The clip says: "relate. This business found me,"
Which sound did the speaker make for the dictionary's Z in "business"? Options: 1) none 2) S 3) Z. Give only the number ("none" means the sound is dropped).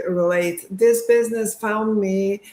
3